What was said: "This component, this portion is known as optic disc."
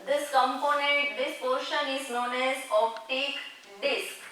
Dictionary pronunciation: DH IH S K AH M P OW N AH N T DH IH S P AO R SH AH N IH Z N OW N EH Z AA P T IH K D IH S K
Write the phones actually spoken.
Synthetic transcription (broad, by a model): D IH S K AH M P OW N AH N T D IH S P AO R SH AH N IH Z N OW N EH Z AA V T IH K D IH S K